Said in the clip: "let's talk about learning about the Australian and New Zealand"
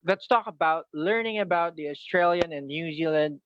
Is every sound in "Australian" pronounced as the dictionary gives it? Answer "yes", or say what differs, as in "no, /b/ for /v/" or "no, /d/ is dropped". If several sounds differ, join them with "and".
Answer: yes